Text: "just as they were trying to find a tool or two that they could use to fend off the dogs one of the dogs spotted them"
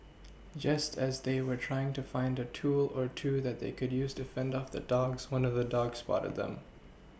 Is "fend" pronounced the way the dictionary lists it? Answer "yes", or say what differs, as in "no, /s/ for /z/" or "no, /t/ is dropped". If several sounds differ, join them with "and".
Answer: yes